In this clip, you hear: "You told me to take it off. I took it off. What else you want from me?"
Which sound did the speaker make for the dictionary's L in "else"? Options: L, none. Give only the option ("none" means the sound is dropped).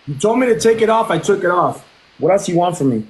none